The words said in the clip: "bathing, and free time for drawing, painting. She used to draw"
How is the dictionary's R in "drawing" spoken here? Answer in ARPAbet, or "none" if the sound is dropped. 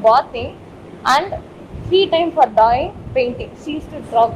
none